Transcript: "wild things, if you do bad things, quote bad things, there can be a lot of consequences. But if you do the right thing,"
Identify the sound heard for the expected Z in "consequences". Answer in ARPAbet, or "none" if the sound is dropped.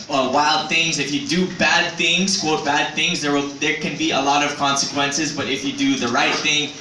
Z